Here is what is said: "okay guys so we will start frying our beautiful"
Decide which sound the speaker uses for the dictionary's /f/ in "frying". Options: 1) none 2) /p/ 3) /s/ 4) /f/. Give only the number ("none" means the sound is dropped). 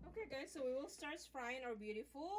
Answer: 2